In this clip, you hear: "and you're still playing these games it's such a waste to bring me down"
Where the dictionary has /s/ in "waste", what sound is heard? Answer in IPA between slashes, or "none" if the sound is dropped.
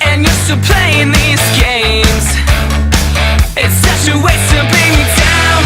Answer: none